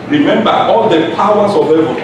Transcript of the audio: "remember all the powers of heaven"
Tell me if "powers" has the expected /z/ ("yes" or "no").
no